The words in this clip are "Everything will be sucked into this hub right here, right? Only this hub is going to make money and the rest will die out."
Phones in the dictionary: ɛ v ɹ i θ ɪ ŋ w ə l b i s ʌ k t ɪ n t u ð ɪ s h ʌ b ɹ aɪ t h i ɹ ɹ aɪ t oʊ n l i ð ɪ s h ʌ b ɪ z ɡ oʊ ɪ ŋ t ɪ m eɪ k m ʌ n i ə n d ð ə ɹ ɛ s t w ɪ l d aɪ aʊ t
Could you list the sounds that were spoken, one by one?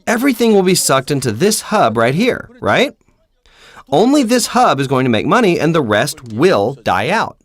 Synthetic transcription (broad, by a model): ɛ v ɹ i θ ɪ ŋ w ə l b i s ʌ k t ɪ n t u ð ɪ s h ʌ b ɹ aɪ t h i ɹ ɹ aɪ t oʊ n l i ð ɪ s h ʌ b ɪ z ɡ oʊ ɪ ŋ t ɪ m eɪ k m ʌ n i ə n ð ə ɹ ɛ s t w ɪ l d aɪ aʊ t